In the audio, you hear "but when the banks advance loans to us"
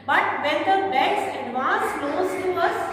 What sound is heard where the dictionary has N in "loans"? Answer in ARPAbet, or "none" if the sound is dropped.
none